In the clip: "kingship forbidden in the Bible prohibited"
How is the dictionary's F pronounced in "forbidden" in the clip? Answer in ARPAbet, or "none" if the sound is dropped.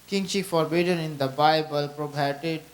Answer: F